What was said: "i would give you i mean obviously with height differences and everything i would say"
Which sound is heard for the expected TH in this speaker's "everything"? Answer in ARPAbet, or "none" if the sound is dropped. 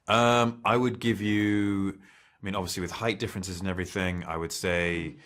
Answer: TH